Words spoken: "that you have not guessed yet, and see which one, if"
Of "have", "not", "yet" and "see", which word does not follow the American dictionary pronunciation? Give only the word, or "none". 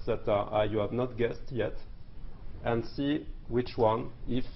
none